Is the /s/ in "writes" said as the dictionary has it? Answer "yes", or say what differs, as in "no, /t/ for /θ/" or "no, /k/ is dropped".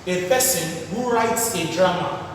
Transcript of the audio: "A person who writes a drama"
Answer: yes